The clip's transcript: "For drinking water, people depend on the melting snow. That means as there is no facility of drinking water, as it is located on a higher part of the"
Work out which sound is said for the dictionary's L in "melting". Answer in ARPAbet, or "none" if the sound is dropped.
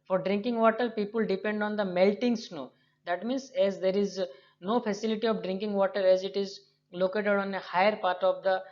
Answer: L